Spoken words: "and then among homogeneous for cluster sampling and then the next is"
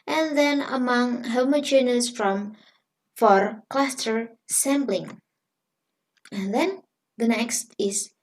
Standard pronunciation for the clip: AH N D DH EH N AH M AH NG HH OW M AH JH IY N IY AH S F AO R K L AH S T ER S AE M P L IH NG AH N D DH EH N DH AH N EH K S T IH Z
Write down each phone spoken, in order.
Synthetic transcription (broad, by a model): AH N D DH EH N AH M AH NG HH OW M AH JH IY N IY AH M F AO R K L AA S T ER S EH M B L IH NG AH N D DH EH N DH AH N EH K S T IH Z